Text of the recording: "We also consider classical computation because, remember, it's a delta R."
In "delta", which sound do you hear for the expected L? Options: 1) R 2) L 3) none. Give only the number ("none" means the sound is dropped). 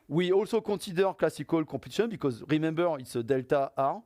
2